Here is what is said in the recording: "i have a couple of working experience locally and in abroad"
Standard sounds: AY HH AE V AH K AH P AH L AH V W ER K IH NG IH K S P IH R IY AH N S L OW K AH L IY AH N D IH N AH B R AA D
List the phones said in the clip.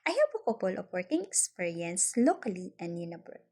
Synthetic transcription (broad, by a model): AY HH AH P AH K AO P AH L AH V W ER K IH NG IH K S P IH R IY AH N S L OW K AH L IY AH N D IH N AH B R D